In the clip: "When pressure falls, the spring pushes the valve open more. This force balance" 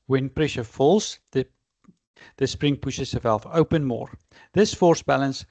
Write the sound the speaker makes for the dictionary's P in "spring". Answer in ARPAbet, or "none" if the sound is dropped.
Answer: P